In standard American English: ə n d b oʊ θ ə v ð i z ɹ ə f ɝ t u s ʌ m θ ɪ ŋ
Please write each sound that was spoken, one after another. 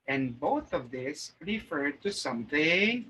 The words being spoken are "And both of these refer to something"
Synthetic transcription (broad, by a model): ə n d b oʊ θ ə v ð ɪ s ɹ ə f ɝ t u s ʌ m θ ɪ ŋ